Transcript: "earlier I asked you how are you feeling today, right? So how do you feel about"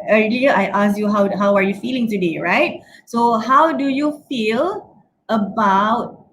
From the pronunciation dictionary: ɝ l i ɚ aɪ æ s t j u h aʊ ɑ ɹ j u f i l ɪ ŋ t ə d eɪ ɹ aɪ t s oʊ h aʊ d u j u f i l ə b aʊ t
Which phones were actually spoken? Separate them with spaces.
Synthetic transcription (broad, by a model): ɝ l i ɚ aɪ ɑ s j u h aʊ ɑ w j u f i l ɪ ŋ t ə d eɪ ɹ aɪ t s oʊ h aʊ d u j u f i l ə b aʊ t